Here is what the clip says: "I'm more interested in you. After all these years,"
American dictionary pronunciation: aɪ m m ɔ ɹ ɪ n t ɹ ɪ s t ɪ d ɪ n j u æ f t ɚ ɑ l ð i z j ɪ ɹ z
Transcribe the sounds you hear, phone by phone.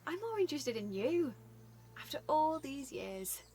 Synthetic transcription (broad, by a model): aɪ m m ɔ ɹ ɪ n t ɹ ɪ s t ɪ d ɪ n j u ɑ f t ɚ ɑ l ð i z j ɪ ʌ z